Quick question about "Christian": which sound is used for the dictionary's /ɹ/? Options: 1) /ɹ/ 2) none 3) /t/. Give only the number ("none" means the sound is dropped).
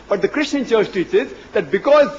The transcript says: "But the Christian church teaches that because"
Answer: 1